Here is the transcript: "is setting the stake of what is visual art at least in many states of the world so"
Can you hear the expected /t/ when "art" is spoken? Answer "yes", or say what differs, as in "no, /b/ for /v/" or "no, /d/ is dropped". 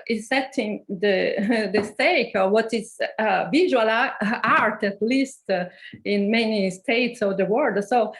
yes